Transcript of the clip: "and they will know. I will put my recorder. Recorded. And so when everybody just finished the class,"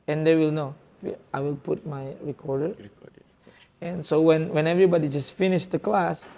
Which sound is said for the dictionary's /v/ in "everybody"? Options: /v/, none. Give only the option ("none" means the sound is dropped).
/v/